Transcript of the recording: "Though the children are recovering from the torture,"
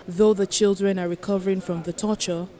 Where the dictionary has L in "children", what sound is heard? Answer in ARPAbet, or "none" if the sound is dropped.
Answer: L